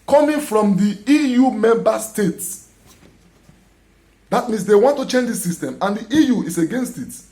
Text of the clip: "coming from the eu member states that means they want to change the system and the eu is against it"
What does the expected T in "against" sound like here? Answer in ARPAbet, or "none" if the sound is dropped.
T